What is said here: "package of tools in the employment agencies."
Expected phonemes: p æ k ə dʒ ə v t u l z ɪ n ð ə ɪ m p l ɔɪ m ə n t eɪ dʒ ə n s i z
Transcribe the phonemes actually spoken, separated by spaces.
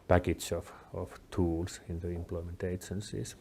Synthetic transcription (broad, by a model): p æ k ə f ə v t u l s ɪ n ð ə ɪ m p l ɔɪ m ə n t eɪ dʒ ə n s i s